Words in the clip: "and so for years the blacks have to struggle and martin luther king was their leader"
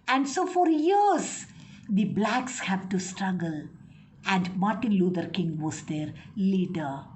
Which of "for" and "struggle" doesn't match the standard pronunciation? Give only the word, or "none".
none